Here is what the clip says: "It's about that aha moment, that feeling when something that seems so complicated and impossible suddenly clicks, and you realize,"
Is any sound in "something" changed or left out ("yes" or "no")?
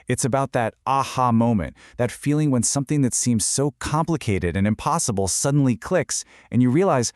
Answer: no